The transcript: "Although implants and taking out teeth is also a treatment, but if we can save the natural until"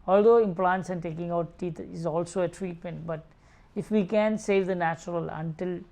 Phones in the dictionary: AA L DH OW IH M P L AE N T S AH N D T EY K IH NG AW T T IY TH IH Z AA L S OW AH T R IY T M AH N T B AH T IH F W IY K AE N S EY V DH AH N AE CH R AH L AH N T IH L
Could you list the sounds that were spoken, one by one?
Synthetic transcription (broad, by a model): AA L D OW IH M P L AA N T S AH N D T EY K IH NG AW T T IY T IH Z AA L S OW AH T R IY T M AH N T B AH T IH F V IY K AE N S EY V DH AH N AE CH R AH L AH N T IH L